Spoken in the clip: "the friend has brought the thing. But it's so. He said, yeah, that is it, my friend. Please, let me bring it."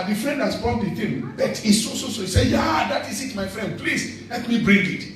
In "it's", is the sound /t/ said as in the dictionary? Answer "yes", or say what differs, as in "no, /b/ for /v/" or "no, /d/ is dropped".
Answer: no, /s/ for /t/